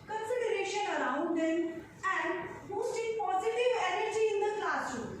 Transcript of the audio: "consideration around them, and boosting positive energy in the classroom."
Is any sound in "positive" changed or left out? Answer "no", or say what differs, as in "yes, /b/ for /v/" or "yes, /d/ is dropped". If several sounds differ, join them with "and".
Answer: no